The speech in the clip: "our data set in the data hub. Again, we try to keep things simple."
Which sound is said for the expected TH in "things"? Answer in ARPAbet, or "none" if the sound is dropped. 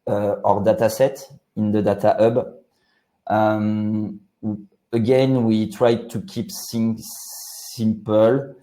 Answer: S